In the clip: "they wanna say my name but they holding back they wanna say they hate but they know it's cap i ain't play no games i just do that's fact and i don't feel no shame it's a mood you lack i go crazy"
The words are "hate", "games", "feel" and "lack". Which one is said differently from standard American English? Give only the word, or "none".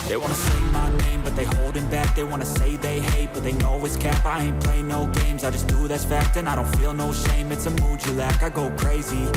none